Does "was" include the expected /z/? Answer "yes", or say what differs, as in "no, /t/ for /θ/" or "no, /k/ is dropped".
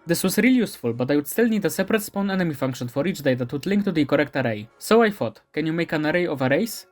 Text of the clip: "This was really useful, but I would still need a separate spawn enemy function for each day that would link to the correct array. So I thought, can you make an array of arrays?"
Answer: no, /s/ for /z/